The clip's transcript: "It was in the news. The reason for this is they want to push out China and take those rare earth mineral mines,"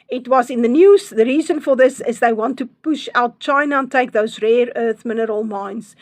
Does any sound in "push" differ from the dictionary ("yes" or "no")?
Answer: no